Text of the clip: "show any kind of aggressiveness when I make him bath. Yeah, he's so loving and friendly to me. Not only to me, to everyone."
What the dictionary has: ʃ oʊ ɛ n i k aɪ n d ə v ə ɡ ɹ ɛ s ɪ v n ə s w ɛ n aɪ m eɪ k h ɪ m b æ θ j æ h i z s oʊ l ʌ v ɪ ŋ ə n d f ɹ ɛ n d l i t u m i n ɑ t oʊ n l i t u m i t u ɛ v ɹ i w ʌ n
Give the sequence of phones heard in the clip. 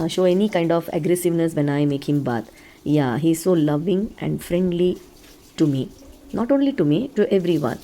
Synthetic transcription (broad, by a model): ʃ oʊ ɛ n i k aɪ n d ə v ə ɡ ɹ ɛ s ɪ v n ə s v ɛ n aɪ m eɪ k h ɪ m b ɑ t j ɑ h i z s oʊ l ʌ v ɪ ŋ ə n d f ɹ ɛ n d l i t u m i n ɑ t oʊ n l i t u m i t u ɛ v ɹ i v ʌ n